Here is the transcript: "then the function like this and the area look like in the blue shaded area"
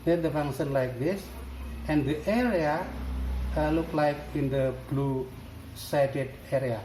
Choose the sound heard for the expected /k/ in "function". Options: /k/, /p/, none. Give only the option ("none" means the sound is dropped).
none